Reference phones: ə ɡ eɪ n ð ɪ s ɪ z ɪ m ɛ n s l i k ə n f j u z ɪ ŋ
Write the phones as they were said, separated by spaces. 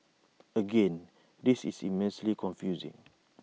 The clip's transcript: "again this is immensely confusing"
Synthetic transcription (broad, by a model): ə ɡ eɪ n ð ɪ s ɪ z ɪ m ɛ n s l i k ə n f j u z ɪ ŋ